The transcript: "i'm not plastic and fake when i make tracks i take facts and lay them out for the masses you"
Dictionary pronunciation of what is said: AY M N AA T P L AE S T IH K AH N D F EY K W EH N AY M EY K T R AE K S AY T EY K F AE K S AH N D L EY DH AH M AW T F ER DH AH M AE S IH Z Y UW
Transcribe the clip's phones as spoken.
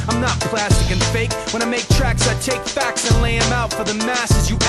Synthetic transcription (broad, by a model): AY M N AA T P L AE S T IH K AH N F EY K W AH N AY M EY K T R AE K S AY T EY K F AE K S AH N L EY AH M AW T F ER DH AH M AE S IH Z Y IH